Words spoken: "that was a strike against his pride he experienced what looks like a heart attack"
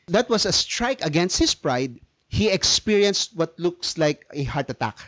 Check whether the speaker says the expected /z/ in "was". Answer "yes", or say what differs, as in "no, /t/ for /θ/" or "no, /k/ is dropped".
no, /s/ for /z/